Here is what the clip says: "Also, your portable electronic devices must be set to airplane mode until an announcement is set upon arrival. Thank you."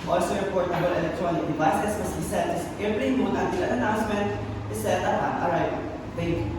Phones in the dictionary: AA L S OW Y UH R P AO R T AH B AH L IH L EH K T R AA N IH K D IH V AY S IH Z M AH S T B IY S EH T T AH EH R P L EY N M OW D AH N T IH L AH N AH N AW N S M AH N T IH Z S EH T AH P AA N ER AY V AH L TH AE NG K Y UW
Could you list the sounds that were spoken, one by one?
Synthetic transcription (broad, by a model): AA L S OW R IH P AO R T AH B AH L IH L EH K T R AA N IH K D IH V AY S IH S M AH S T B IY S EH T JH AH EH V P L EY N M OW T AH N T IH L AH N AH N AW N S M AH N T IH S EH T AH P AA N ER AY AH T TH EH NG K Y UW